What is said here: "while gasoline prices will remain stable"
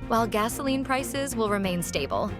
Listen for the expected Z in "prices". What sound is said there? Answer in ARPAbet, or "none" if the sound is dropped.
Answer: Z